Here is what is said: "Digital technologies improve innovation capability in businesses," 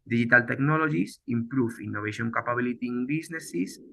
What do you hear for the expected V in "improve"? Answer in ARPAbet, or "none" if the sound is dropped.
F